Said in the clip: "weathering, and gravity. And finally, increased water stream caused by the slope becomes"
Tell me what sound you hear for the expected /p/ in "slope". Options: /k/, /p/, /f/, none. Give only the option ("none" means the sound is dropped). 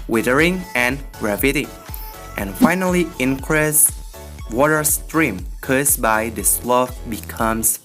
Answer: /f/